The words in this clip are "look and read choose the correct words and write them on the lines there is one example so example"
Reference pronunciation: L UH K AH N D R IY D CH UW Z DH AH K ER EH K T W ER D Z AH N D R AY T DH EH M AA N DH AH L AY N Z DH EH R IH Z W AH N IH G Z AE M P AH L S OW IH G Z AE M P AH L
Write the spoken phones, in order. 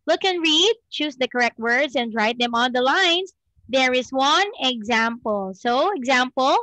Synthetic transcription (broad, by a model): L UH K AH N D R IY D CH UW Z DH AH K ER EH K T W ER D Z AH N D R AY T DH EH M AA N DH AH L AY N S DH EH R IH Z W AH N IH G Z AE M P AH L S OW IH G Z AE M P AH L